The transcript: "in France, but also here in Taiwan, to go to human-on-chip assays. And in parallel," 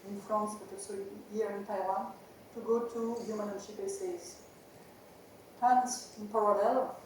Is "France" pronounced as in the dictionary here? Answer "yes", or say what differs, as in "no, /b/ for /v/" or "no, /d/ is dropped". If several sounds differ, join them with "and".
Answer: no, /ɹ/ is dropped